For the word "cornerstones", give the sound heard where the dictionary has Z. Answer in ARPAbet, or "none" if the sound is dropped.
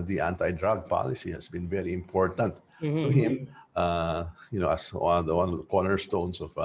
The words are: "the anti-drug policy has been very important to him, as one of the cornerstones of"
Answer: S